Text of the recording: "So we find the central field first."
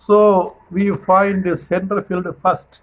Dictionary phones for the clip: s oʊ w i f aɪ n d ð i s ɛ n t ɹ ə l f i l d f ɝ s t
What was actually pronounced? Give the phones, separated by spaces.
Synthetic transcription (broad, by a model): s oʊ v i f aɪ n d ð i s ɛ n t ə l f i l d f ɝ s t